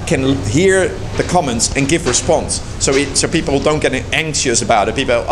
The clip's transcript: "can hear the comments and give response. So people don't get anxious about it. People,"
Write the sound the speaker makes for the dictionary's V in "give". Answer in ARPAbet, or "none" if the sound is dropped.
V